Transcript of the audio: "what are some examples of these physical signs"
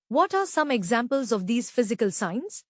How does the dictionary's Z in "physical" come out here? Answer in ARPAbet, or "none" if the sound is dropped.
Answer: Z